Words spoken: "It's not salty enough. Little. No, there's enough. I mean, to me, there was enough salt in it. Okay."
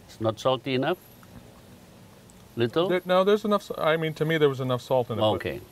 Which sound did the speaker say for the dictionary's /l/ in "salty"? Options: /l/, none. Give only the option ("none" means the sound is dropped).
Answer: /l/